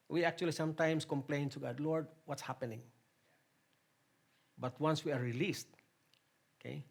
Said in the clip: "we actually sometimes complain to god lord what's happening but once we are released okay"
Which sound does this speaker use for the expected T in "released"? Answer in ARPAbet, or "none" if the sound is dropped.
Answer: T